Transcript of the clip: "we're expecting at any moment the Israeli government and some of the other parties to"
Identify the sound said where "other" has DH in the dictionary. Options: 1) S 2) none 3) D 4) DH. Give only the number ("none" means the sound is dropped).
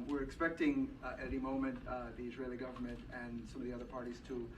4